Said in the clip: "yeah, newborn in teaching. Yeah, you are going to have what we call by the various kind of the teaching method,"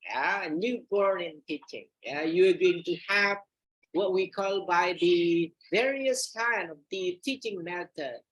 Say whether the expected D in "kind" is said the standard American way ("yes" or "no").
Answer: no